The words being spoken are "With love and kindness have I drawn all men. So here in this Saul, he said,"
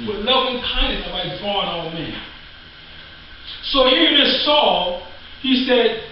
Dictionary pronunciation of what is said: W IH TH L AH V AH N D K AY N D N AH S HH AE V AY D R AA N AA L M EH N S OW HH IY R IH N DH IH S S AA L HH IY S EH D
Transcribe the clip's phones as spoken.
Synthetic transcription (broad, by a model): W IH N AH AH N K AY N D AH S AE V AY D R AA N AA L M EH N S OW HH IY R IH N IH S S AA L HH IY S EH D